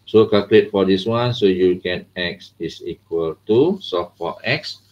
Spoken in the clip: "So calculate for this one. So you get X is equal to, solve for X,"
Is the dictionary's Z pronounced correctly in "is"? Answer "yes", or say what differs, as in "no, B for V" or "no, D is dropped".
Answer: no, S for Z